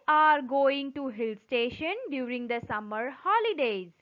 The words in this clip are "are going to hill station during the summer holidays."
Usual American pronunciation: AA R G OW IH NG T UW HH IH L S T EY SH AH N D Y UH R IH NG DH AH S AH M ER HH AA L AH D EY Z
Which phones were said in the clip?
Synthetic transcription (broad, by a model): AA R G OW IH NG T UW HH IH L S T EY SH AH N D Y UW R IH NG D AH S AH M ER HH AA L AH D EY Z